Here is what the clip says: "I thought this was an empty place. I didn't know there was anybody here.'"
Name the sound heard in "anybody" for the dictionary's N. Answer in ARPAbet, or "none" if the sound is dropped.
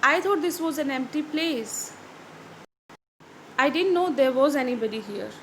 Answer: N